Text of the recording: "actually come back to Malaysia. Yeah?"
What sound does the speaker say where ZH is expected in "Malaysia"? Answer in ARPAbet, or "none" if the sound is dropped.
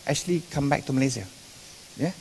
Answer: Z